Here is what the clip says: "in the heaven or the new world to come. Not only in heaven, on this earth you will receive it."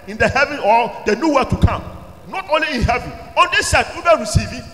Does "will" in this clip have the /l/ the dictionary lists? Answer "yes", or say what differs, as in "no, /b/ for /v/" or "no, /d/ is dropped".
no, /n/ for /l/